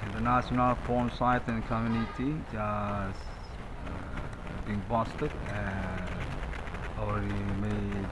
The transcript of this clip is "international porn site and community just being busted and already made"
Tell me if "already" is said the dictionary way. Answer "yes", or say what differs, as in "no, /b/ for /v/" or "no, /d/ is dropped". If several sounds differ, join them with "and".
no, /ɹ/ is dropped